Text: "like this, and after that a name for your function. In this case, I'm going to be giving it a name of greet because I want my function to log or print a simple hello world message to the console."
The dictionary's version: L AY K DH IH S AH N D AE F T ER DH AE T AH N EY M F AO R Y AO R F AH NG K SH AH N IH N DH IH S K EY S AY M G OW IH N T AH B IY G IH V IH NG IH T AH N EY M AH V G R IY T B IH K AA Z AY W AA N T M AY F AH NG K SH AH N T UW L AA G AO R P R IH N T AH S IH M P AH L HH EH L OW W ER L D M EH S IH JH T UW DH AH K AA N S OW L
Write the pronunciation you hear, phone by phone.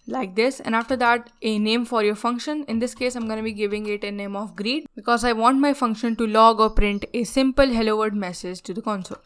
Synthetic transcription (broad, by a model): L AY K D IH S AH N D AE F T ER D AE T AH N EY M F AO R Y AO R F AH NG K SH AH N IH N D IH S K EY S AY M G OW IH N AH B IY G IH V IH NG IH T AH N EY M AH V G R IY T B IH K AA Z AY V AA N T M AY F AH NG K SH AH N T UW L AA G AO R P R IH N T AH S IH M P AH L HH EH L OW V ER D M EH S IH JH T UW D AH K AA N S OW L